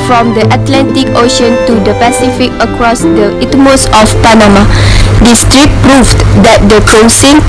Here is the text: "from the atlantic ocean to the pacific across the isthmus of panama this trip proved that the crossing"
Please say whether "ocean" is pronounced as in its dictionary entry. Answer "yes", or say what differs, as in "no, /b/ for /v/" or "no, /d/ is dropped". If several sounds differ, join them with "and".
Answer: yes